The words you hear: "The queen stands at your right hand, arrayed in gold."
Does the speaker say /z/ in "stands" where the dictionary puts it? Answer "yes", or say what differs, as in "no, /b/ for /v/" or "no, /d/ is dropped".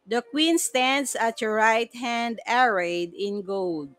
no, /s/ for /z/